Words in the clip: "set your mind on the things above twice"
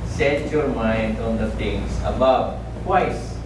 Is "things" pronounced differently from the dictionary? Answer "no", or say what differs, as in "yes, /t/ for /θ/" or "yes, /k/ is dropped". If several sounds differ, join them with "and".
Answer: yes, /t/ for /θ/ and /s/ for /z/